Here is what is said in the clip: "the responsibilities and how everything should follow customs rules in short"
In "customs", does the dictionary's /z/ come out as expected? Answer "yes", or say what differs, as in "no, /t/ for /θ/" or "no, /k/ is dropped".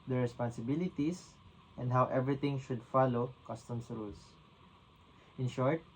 no, /s/ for /z/